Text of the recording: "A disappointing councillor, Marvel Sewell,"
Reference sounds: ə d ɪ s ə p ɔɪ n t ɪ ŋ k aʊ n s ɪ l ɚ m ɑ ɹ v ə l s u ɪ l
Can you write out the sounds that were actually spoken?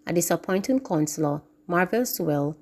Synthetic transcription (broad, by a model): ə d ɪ s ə p ɔɪ n t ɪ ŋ k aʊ n s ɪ l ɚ m ɑ ɹ v ə l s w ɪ l